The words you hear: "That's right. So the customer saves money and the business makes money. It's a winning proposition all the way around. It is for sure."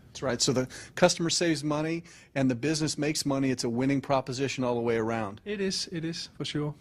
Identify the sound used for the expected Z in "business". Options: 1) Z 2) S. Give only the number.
1